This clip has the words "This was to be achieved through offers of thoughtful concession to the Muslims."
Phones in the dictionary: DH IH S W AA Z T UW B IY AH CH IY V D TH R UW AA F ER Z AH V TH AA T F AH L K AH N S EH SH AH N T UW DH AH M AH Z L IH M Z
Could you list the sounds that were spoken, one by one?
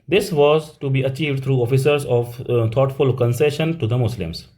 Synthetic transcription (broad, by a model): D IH S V AA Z T UW B IY AH CH IY V D T R UW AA F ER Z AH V T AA T F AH L K AH N S EH SH AH N T UW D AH M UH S L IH M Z